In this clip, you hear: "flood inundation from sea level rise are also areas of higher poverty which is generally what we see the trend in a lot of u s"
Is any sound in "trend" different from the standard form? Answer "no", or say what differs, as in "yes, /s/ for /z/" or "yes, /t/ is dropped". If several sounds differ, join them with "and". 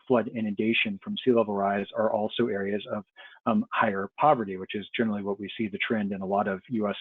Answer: no